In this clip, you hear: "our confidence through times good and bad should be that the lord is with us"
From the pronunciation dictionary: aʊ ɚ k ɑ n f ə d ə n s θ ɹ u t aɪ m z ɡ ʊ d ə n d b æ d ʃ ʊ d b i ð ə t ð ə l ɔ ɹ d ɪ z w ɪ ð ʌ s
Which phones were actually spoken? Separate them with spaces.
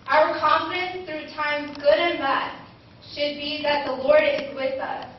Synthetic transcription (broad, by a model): aʊ ɚ k ɑ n f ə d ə n s θ ɹ u t aɪ m z ɡ ʊ d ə n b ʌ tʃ ʃ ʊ d b i ð ə t ð ə l ɔ ɹ d ɪ z w ɪ ð ʌ s